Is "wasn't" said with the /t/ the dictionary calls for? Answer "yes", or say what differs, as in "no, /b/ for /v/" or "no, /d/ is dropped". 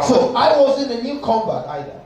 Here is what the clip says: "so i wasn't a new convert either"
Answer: no, /t/ is dropped